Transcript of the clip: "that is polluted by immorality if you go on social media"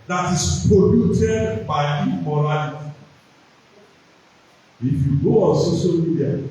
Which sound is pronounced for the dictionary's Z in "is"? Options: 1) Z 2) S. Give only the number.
2